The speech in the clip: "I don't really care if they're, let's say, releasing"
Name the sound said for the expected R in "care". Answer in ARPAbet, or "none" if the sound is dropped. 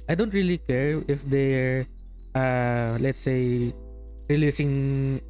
R